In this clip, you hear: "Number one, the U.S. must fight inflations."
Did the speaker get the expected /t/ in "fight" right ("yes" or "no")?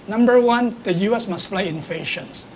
no